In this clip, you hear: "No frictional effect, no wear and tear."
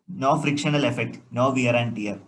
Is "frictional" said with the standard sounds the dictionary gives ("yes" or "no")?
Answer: yes